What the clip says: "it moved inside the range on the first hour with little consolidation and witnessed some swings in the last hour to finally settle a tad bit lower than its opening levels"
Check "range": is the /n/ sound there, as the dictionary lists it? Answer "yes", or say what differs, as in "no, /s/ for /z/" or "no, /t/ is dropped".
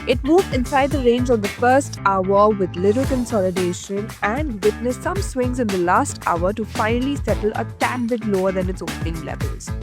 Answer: yes